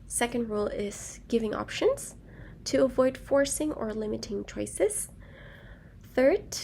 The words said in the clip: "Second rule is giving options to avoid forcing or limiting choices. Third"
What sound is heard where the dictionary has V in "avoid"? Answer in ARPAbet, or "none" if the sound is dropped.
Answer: V